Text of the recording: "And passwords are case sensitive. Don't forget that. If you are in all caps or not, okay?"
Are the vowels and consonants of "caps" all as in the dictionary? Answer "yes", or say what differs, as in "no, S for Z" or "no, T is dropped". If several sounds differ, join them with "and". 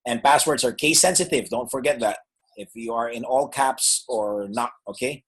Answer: yes